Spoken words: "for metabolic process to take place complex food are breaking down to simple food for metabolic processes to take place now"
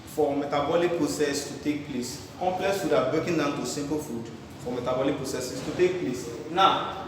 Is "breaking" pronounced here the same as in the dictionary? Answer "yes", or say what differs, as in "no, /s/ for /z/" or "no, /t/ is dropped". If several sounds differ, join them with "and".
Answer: no, /ɹ/ is dropped